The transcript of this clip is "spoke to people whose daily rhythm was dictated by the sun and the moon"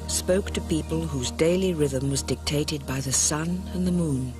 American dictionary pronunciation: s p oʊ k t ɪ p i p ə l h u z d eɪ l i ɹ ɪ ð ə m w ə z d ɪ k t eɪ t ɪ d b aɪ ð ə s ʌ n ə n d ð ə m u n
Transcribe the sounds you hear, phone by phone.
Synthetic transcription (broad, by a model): s p oʊ k t ɪ p i p ə l h u z d eɪ l i ɹ ɪ ð ə m w ə z d ɪ k t eɪ t ɪ d b aɪ ð ə s ʌ n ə n ð ə m u n